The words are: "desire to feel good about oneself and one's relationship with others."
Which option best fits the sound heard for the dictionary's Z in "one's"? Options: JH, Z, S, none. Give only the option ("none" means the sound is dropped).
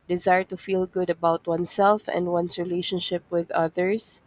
S